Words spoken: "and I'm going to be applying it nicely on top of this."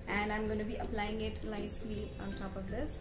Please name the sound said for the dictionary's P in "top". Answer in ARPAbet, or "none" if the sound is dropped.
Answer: P